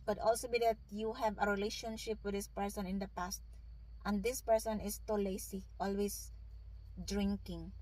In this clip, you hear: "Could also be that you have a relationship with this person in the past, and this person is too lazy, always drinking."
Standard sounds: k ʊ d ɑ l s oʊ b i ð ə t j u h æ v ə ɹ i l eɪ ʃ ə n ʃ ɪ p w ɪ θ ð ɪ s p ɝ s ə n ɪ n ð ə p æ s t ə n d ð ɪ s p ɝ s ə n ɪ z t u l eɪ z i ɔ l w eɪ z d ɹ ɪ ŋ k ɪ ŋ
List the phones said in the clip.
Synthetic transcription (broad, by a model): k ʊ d ɑ l s oʊ b i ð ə t j u h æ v ə ɹ i l eɪ ʃ ə n ʃ ɪ p w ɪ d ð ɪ s p ɝ s ə n ɪ n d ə p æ s t ə n d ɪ s p ɝ s ə n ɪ s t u l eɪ s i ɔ l w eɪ s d ɹ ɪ ŋ k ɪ ŋ